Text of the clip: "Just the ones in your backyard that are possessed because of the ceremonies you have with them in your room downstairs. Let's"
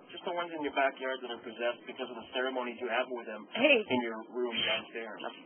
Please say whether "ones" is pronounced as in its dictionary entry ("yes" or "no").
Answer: yes